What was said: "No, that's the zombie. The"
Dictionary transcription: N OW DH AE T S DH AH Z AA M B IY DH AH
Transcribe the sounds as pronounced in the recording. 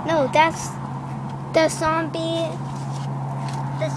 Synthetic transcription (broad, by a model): N OW DH AE T S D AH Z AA B IY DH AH